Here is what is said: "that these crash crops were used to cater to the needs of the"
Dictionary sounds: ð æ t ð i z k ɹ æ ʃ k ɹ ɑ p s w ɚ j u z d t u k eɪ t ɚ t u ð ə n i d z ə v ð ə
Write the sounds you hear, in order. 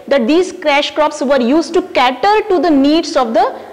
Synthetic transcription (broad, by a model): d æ t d i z k ɹ æ ʃ k ɹ ɑ p s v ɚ j u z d t u k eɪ t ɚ t u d ə n i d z ə v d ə